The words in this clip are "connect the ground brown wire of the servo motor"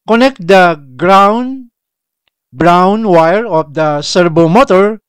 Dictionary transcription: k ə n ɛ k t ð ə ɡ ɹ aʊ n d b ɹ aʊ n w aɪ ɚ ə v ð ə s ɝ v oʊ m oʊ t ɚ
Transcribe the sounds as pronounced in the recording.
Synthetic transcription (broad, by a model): k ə n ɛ k t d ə ɡ ɹ aʊ n b ɹ aʊ n w aɪ ɚ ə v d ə s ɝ b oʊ m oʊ t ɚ